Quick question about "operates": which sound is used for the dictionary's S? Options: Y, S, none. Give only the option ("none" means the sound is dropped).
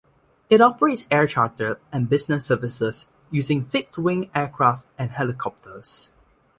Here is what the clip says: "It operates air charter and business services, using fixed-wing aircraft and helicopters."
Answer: S